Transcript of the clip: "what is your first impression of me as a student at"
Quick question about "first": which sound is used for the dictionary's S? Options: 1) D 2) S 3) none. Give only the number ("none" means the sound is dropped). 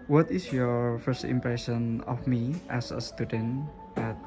2